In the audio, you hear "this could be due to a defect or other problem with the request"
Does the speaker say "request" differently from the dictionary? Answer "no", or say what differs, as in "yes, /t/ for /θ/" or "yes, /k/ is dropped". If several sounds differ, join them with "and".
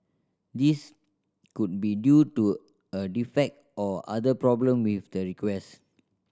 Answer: yes, /t/ is dropped